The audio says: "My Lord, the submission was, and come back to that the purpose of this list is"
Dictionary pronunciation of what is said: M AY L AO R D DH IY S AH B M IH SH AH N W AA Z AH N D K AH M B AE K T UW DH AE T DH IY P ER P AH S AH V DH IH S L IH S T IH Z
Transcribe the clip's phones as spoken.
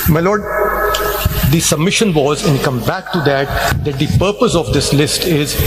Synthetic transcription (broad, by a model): M AY L AO R D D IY S AH B M IH SH AH N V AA Z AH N K AH M B AE K T UW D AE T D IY P ER P AH S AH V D IH S L IH S T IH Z